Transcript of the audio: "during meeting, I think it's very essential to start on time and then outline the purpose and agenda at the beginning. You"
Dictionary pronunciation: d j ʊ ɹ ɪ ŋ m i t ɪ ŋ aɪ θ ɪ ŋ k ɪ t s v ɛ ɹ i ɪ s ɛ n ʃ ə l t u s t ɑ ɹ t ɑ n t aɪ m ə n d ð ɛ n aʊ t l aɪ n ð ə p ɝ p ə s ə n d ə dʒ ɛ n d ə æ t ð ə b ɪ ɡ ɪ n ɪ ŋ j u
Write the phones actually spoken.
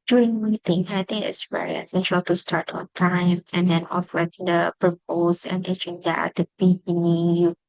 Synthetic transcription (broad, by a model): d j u ɹ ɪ ŋ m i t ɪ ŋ aɪ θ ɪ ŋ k ɪ t s v ɛ ɹ i ɪ s ɛ n ʃ ə l t u s t ɑ ɹ t ɑ n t aɪ m ə n d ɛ n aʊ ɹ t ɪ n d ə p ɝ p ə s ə n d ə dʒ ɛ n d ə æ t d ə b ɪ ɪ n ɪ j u